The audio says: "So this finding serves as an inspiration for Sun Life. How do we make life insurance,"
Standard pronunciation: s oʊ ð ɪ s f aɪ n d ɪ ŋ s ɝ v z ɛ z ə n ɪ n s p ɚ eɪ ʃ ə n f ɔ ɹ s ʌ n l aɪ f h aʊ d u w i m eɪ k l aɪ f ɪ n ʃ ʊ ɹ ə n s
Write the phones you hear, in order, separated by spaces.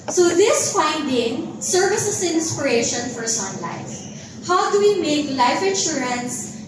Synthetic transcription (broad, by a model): s oʊ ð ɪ s f aɪ n d ɪ ŋ s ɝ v ɪ s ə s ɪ n s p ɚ eɪ ʃ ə n f ɔ ɹ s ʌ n l aɪ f h aʊ d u w i m eɪ k l aɪ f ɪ n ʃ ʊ ɹ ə n s